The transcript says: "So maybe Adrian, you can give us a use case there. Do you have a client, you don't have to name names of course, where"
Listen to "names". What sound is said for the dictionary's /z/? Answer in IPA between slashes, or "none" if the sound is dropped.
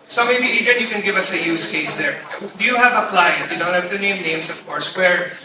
/s/